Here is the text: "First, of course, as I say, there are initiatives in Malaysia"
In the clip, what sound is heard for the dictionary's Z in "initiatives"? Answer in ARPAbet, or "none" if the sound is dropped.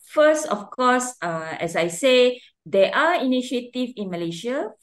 none